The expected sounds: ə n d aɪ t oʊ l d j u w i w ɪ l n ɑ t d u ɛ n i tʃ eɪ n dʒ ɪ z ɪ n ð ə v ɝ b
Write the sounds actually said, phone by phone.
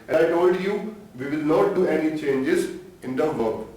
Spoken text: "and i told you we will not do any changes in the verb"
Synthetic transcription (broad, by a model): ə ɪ t oʊ l d j u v i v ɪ l n ɑ t d u ɛ n i tʃ eɪ n dʒ ɪ z ɪ n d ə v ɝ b